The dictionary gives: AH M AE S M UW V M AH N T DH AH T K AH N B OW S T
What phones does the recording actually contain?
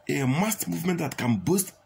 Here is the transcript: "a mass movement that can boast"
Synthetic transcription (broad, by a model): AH M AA S M UW V M AH N T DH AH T K AH N B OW S T